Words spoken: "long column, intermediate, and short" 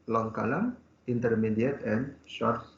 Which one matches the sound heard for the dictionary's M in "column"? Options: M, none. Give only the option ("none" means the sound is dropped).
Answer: none